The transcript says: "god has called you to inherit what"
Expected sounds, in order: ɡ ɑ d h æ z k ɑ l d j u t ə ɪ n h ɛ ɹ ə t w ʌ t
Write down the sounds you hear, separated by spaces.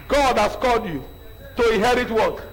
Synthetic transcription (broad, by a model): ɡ ɑ d h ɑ s k ɑ l d j u t ə ɪ n h ɛ ɹ ə t w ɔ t